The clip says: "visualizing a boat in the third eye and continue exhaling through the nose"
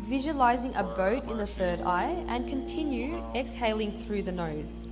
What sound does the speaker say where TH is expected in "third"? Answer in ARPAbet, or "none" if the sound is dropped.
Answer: TH